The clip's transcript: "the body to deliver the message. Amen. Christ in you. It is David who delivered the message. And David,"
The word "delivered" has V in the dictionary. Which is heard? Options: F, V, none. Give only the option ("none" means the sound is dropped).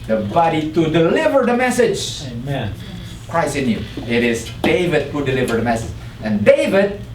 V